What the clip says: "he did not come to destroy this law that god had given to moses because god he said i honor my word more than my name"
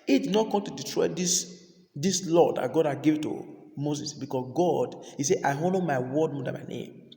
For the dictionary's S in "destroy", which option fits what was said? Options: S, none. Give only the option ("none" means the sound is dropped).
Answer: none